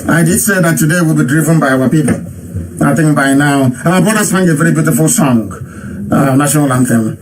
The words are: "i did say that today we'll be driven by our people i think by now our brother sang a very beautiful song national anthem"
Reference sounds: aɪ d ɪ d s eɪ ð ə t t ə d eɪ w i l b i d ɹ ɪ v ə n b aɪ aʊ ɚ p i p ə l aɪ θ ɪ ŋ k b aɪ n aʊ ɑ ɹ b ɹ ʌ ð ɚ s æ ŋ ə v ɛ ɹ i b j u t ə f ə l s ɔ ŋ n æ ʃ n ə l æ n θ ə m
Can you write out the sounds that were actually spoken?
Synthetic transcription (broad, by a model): aɪ d ɪ d s eɪ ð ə t t ə d eɪ w i l b i d ɹ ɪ v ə n b aɪ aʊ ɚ p i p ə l aɪ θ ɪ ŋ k b aɪ n aʊ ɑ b ɔ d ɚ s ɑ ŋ ə v ɛ ɹ i b j u t ə f ə l s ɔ ŋ n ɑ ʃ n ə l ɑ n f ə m